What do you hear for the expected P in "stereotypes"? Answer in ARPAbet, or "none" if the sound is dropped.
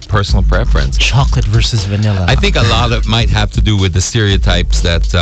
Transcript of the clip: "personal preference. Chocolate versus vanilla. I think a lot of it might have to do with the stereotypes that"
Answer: P